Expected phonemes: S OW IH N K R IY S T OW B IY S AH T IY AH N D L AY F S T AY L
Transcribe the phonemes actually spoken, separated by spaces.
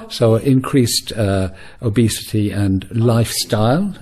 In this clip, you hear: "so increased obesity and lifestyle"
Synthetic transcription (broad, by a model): S OW IH N K R IY S T OW B IY S AH T IY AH N L AY F S T AY L